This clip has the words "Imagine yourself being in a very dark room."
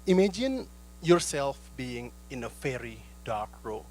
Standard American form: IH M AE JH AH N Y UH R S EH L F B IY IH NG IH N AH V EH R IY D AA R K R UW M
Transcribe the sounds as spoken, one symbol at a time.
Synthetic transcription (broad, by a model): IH M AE JH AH N Y UH R S EH L F B IY IH NG IH N AH F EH R IY D AA R K R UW